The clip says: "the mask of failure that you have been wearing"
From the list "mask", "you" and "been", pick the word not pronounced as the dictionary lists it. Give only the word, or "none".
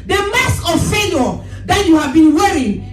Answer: mask